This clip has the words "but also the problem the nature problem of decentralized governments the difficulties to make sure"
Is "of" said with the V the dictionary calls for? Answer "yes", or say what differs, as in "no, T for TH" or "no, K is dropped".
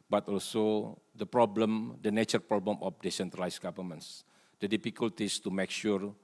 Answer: no, F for V